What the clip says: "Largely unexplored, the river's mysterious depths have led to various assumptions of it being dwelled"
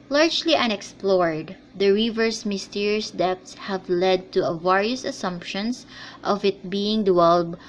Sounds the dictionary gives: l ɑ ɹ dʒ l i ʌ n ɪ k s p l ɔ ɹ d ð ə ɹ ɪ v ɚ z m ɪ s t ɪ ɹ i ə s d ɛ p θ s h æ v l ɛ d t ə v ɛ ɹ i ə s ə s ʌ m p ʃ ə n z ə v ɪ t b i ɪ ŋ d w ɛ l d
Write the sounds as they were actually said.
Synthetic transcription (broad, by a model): l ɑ ɹ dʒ l i ʌ n ɪ k s p l ɔ ɹ d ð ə ɹ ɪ v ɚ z m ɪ s t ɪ ɹ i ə s d ɛ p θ s h æ v l ɛ d t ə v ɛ ɹ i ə s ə s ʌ m p ʃ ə n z ə v ɪ t b i ɪ ŋ d w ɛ l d